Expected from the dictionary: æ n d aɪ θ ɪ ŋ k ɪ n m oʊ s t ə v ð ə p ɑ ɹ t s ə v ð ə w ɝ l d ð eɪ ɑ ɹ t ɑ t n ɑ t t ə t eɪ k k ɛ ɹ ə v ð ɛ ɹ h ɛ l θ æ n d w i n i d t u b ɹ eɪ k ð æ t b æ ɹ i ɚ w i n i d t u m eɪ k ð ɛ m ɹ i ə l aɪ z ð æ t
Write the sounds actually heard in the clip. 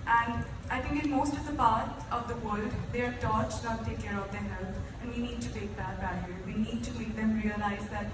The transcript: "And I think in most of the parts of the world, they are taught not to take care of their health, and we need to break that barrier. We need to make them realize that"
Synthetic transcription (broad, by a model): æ n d aɪ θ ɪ ŋ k ɪ n m oʊ s t ə v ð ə p ɑ ɹ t ə v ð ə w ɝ l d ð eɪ ɑ ɹ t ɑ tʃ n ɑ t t t eɪ k k ɛ ɹ ə v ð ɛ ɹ h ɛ l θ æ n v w i n i d t u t eɪ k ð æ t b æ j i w i n i d t u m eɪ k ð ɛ m ɹ i ə l aɪ z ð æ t